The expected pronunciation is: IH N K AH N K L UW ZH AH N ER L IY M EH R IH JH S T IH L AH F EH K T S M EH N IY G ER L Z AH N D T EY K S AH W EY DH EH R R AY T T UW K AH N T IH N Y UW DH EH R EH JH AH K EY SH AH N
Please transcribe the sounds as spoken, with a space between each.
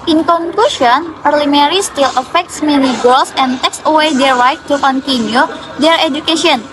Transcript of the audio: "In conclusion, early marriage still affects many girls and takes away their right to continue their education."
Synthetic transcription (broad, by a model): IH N K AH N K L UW SH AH N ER L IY M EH R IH S T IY L AH F EH K T S M EH N IY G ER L S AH N T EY K S AH W EY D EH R R AY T T UW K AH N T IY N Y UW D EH R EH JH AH K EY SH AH N